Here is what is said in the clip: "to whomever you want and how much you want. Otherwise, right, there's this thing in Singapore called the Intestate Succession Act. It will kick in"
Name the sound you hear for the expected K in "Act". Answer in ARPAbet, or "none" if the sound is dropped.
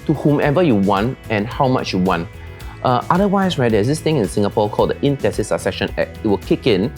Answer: none